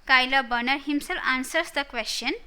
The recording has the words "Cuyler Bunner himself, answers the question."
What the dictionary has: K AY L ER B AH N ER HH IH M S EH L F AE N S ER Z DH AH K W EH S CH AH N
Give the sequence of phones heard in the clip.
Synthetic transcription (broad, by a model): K AY L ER B AH N ER HH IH M S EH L AA N S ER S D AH K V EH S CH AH N